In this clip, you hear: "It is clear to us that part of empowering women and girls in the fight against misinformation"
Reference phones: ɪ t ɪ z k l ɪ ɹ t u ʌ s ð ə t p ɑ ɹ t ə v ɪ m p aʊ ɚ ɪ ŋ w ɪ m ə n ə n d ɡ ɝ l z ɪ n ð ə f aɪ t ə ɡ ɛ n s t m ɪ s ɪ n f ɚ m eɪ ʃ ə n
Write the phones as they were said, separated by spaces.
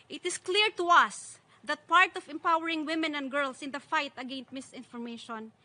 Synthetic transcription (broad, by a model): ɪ t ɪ s k l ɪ ɹ t u ʌ s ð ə t p ɑ ɹ t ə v ɪ m p aʊ ɚ ɪ ŋ w ɪ m ə n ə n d ɡ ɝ l s ɪ n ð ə f aɪ t ə ɡ ɛ n s t m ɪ s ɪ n f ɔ m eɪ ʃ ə n